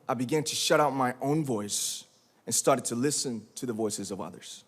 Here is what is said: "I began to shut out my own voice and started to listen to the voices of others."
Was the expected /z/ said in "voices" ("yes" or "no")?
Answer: yes